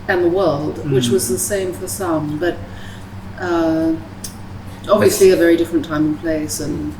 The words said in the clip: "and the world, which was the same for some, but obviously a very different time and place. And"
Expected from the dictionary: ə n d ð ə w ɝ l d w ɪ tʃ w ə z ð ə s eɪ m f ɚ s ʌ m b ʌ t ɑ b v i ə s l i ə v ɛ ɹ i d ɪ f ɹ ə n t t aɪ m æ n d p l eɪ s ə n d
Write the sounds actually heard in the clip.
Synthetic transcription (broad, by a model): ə n ð ə w ɝ l d w ɪ tʃ w ə z ð ə s eɪ m f ɚ s ʌ m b ʌ t ɑ b v i ə s l i ə v ɛ ɹ i d ɪ f ɹ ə n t t aɪ m n p l eɪ s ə n